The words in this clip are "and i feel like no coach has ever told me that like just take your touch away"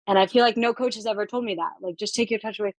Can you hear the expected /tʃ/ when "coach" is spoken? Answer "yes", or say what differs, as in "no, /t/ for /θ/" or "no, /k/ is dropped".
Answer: yes